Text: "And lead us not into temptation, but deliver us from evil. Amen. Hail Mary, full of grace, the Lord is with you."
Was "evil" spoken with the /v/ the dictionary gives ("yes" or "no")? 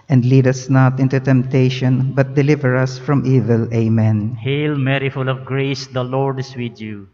yes